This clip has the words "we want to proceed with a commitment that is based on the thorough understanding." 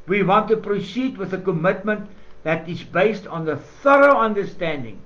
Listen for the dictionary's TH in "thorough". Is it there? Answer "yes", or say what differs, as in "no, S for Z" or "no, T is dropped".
yes